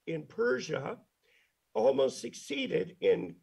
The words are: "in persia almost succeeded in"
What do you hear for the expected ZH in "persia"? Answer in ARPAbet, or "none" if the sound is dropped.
ZH